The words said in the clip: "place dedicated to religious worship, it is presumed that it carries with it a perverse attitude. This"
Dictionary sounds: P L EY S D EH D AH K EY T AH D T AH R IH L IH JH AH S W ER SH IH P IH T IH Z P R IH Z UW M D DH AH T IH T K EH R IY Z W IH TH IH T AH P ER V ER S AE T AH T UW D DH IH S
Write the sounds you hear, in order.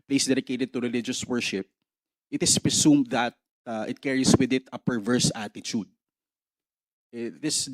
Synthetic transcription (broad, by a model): P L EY S D EH D AH K EY T AH D T AH R IH L IH JH AH S W ER SH IH P IH T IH S P R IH S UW M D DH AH T IH T K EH R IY S W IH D IH T AH P ER V ER S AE T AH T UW D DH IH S